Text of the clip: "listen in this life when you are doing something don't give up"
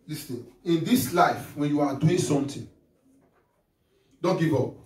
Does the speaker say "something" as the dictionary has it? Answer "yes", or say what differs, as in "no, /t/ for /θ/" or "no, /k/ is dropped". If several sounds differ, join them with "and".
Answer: no, /t/ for /θ/